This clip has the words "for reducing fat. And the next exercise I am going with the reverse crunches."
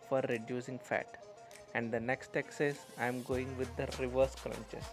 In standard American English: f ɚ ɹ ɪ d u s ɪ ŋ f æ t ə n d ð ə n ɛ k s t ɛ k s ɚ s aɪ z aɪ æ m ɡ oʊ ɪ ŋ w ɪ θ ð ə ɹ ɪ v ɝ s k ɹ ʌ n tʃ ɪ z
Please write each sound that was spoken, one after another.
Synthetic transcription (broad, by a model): f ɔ ɹ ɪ d u s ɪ ŋ f æ t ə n d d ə n ɛ k s t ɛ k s s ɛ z aɪ m ɡ oʊ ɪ ŋ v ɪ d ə ɹ ɪ v ɝ s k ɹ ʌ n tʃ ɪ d